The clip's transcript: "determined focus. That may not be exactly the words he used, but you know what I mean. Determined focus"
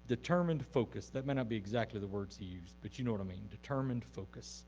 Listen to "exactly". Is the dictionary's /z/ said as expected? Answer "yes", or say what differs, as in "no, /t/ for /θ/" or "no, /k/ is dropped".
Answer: yes